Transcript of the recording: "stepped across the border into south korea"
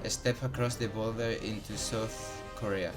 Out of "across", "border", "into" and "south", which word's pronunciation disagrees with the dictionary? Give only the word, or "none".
border